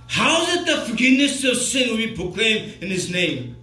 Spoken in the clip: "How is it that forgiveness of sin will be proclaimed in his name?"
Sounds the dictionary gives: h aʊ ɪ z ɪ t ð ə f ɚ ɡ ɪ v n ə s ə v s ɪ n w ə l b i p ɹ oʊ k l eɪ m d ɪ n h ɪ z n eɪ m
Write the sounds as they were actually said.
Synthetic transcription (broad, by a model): h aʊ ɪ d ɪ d ð ə f ɚ ɡ ɪ v n ə s ə v s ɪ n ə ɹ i p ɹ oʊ k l eɪ m ɪ n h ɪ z n eɪ m